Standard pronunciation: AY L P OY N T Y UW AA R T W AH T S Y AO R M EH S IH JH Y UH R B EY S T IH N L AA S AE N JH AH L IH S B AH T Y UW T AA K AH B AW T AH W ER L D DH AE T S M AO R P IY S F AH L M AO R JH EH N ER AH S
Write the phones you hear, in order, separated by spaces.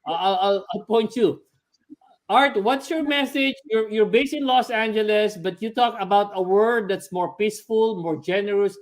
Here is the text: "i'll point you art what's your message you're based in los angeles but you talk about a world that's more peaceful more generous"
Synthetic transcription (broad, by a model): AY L P OY N T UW AA R T W AH T S Y AO R M EH S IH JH Y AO R B EY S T IH N L AA S AE N JH AH L IH S B AH T Y UW T AA K AH B AW T AH W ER D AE T S M AO R P IY S F AH L M AO R JH EH N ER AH S